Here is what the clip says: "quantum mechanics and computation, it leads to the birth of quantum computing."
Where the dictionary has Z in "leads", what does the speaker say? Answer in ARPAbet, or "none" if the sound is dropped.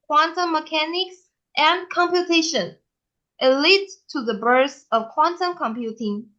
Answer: none